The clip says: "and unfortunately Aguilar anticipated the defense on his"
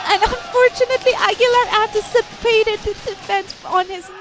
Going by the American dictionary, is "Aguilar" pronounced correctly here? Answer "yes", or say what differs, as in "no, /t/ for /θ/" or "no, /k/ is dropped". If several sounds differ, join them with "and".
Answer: yes